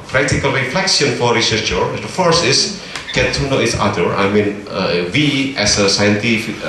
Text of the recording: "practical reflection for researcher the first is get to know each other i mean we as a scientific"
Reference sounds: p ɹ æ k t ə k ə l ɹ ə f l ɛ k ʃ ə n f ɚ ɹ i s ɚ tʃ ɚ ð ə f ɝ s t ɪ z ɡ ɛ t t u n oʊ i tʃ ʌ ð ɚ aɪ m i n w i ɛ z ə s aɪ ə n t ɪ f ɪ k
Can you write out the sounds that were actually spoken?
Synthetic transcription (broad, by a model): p ɹ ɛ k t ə k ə l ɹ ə f l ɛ k s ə n f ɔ ɹ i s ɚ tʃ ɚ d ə f ɝ s t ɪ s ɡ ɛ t t u n oʊ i s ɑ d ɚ aɪ m i n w i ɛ s ə s aɪ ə n t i f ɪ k